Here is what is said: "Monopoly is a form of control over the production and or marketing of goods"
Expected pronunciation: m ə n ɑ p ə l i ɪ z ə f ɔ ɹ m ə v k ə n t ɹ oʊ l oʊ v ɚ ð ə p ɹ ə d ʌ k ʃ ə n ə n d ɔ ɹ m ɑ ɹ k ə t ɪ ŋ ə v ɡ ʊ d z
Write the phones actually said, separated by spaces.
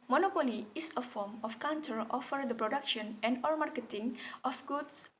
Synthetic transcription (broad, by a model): m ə n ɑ p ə l i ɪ s ə f ɔ ɹ m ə f k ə n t oʊ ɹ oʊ f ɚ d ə p ɹ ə d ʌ k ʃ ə n ə n d ɔ ɹ m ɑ ɹ k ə t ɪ ŋ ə f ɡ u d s